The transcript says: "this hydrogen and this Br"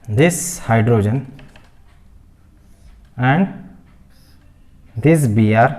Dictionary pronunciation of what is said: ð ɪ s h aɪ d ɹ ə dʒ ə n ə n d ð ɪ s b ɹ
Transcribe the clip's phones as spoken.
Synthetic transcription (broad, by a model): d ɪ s h aɪ d ɹ ə dʒ ə n ə n d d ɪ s b ɹ